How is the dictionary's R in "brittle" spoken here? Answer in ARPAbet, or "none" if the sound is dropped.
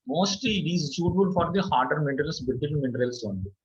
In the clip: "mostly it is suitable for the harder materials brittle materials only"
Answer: none